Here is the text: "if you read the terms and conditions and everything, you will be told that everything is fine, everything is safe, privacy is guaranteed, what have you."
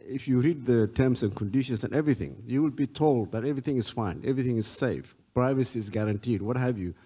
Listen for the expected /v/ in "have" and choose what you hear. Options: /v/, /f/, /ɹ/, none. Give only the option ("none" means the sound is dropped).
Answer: /v/